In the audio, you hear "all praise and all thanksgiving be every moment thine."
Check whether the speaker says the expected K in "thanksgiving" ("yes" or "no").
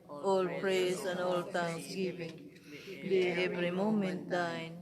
no